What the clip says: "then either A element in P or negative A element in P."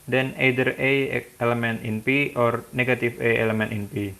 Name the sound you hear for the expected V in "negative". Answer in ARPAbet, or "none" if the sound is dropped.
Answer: F